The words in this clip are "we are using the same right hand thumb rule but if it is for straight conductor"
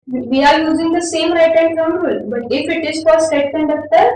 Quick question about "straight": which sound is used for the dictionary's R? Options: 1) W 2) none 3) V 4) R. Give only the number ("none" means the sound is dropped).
2